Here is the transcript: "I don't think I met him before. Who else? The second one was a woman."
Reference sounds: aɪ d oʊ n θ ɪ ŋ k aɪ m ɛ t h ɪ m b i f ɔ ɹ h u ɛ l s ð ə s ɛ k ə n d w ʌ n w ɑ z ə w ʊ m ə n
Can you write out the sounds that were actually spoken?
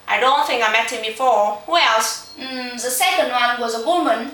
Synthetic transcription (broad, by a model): aɪ d oʊ n θ ɪ ŋ k aɪ m ɛ t h ɪ m b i f ɔ ɹ h u ɛ l s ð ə s ɛ k ə n d w ʌ n w ɑ z ə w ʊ m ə n